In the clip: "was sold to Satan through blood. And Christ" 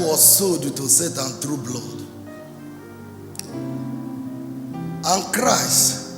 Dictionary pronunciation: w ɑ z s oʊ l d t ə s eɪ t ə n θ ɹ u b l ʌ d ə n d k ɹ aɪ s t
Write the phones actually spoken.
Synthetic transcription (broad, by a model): w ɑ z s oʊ d t ə s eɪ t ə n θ ɹ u b l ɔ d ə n k ɹ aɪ s t